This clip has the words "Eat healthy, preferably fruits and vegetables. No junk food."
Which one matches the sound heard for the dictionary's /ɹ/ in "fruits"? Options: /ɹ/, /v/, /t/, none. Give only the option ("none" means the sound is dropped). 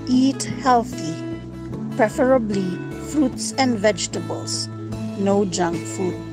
/ɹ/